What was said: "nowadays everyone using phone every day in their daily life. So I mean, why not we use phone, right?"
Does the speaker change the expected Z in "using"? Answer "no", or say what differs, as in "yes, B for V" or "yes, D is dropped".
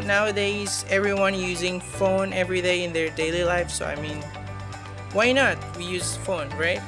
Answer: no